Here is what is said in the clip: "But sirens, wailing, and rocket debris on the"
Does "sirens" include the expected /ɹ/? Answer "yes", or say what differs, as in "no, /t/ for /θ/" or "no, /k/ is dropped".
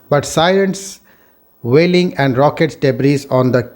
no, /l/ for /ɹ/